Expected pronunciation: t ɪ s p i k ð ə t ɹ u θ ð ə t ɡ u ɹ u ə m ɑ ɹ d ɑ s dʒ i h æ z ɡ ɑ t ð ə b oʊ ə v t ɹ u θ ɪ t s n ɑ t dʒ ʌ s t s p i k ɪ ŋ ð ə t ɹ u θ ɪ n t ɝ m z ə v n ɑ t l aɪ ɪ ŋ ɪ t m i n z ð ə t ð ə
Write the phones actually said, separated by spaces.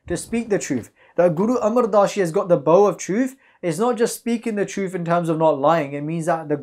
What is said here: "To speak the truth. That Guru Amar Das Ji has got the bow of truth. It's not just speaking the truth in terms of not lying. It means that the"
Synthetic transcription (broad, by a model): t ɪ s p i k ð ə t ɹ u θ ð ə t ɡ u ɹ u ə m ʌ ɹ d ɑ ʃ i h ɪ z ɡ ɑ t ð ə b oʊ ə v t ɹ u θ ɪ t s n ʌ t dʒ ʌ s t s p i k ɪ ŋ ð ə t ɹ u θ ɪ n t ɝ m z ə v n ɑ t l aɪ ɪ ŋ ɪ t m i n z ð ə t ð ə